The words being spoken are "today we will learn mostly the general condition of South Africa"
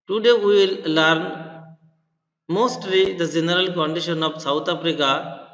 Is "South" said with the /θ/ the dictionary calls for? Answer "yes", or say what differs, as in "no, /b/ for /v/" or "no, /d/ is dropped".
no, /t/ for /θ/